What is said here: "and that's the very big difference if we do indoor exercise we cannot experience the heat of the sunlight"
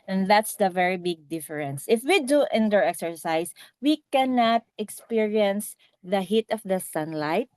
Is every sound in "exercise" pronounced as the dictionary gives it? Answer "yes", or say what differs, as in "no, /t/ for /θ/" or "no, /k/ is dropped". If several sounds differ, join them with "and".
no, /s/ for /z/